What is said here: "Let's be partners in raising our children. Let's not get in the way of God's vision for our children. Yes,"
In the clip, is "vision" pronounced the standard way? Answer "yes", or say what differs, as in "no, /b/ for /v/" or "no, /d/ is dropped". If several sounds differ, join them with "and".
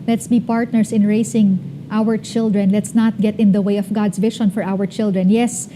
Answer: no, /ʃ/ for /ʒ/